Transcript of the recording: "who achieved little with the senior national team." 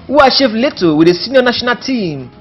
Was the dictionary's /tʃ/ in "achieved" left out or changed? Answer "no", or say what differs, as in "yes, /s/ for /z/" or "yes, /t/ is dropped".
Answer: yes, /ʃ/ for /tʃ/